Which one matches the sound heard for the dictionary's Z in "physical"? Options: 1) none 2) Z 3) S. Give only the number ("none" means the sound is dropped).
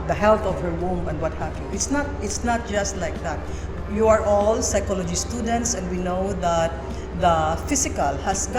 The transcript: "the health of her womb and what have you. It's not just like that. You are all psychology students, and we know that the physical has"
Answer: 3